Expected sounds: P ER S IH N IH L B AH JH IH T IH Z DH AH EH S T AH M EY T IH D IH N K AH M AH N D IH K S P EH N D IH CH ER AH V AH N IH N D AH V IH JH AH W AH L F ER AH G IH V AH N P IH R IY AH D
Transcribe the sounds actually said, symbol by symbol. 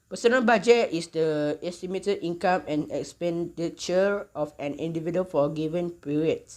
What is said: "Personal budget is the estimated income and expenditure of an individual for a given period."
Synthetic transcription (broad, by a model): P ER S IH N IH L B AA JH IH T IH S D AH EH S T AH M EY T IH D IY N K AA M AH N IH K S P EH N D IH CH ER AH F AH N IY N D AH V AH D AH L F AH G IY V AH N P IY R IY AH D